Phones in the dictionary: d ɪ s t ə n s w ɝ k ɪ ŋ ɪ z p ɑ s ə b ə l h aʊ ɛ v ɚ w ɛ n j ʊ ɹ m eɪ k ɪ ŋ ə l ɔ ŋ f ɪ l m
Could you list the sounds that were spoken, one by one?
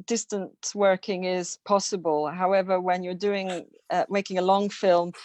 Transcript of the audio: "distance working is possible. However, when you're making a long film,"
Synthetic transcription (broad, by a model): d ɪ s t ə n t w ɝ k ɪ ŋ ɪ z p ɑ s ə b ə l h aʊ ɛ v ɚ w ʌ n j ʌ ɹ m eɪ k ɪ ŋ ə l ɔ ŋ f ɪ l m